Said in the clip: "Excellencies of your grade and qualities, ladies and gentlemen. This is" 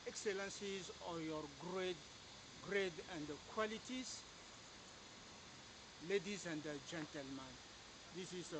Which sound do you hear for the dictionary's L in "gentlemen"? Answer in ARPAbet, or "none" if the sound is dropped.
L